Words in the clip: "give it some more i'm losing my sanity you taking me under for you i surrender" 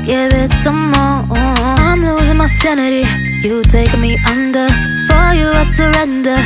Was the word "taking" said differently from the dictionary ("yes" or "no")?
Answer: yes